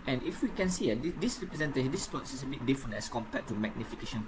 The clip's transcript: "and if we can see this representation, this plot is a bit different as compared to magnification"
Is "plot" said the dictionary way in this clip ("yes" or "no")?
no